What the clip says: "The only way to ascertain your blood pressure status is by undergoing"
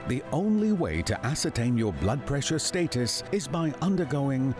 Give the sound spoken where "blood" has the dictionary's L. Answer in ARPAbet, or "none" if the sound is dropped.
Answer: L